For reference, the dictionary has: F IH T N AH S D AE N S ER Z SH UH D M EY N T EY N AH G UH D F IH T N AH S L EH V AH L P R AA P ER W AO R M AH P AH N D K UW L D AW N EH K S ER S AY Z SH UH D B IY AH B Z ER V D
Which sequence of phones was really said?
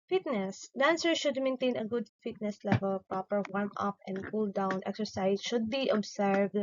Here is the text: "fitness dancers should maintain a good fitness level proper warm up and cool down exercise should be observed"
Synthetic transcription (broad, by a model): F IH T N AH S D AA N S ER SH UH D M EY N T EY N AH G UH D F IH T N AH S L EH V AH L P R AA P ER W AO R M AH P AH N D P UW L D AW N EH K S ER S AY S SH UH D B IY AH B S ER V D